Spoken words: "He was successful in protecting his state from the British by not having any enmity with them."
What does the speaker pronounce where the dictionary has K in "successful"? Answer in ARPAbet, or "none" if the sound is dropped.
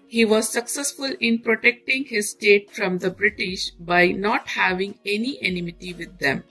K